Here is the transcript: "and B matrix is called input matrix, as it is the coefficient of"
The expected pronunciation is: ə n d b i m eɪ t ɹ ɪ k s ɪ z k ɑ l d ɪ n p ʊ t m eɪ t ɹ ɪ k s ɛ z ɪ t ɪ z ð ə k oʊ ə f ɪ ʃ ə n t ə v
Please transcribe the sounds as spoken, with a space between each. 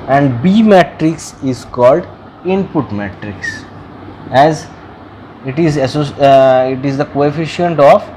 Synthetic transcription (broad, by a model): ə n d b i m eɪ t ɹ ɪ k s ɪ z k ɑ l d ɪ n p ʊ t m eɪ t ɹ ɪ k s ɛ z ɪ t ɪ z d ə k oʊ ə f ɪ ʃ ə n t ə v